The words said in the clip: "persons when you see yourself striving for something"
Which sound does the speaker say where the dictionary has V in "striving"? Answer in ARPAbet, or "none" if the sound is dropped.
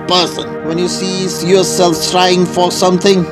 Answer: none